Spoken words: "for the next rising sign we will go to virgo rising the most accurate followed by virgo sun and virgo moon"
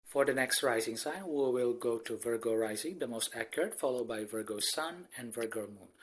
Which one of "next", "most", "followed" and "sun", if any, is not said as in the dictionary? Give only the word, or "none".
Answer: none